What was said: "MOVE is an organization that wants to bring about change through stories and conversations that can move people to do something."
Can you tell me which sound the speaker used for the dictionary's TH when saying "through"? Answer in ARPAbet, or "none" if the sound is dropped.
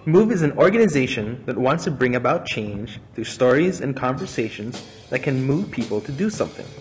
TH